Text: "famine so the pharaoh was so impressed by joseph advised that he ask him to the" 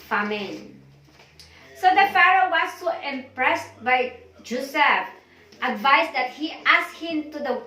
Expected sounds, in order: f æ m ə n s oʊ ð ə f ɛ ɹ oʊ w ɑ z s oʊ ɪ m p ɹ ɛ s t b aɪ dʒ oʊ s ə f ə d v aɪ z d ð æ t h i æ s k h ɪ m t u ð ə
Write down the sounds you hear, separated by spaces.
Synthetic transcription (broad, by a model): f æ m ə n s oʊ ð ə f ɛ ɹ oʊ w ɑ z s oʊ ɪ m p ɹ ɛ s t b aɪ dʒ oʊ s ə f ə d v aɪ s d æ t h i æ s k h ɪ m t u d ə